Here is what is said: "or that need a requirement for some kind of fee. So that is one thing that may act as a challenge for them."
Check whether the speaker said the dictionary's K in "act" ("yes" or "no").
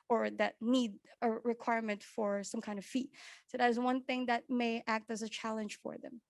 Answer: yes